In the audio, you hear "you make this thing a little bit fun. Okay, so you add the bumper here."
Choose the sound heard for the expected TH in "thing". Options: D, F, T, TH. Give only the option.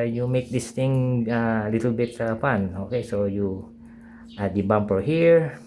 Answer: T